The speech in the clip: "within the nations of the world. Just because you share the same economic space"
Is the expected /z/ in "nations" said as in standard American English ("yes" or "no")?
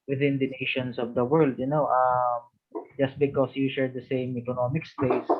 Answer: no